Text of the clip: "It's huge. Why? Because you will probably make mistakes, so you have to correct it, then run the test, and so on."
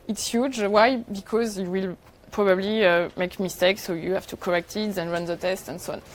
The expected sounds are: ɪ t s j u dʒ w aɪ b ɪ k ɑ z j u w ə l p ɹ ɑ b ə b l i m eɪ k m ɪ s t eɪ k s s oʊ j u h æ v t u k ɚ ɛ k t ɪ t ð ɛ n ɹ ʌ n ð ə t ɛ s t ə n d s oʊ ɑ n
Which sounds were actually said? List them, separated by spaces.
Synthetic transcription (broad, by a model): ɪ t s j u dʒ w aɪ b ɪ k ɑ z j u w ə l p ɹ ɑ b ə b l i m eɪ k m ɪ s t eɪ k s s oʊ j u h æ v t u k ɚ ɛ k t ɪ t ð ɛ n ɹ ʌ n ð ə t ɛ s t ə n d s oʊ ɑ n